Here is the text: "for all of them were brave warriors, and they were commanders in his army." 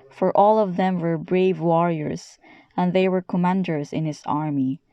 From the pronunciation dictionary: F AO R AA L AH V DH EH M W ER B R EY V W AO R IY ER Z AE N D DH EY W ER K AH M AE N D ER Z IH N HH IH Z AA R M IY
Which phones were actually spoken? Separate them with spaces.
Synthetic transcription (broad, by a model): F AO R AA L AH V DH EH M W ER B R EY V W AO R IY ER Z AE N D DH EY W ER K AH M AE N D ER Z IH N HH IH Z AA R M IY